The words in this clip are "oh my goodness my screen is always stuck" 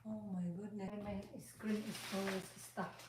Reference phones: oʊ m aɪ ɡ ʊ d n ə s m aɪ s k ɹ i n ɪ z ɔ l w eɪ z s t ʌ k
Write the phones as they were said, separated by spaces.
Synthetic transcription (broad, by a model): oʊ m aɪ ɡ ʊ d n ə m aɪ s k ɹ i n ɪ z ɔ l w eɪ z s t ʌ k